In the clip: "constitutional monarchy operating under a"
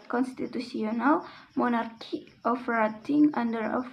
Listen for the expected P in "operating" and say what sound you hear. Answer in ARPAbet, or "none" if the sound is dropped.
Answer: F